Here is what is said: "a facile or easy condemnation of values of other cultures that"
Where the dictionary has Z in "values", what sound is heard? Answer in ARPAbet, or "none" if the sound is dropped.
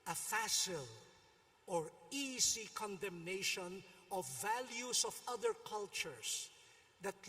S